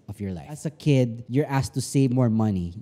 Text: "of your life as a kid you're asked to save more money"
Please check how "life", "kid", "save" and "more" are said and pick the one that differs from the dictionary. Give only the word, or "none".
life